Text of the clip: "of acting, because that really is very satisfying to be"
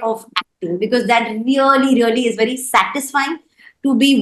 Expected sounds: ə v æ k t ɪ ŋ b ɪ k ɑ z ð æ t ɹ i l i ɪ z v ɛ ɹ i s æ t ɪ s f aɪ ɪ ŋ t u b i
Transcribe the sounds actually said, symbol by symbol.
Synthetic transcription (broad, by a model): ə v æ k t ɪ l b ɪ k ɑ z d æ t ɹ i l i ɪ z v ɛ ɹ i s æ t ɪ s f aɪ ɪ ŋ t u b i